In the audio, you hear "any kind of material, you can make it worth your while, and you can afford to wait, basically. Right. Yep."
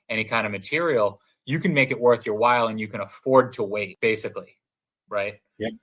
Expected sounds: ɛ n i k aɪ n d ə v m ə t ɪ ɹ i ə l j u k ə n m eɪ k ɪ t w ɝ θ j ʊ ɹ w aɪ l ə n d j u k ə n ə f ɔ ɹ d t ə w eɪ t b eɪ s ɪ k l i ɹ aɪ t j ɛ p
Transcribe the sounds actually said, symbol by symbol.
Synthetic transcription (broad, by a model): ɛ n i k aɪ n d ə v m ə t ɪ ɹ i l j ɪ k ə n m eɪ k ɪ t w ɝ θ j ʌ ɹ w aɪ l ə n j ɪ k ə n ə f ɔ ɹ d t ə w eɪ t b eɪ s ɪ k l i ɹ aɪ t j